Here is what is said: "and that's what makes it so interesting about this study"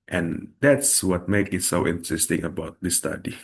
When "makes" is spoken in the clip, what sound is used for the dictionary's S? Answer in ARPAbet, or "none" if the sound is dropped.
none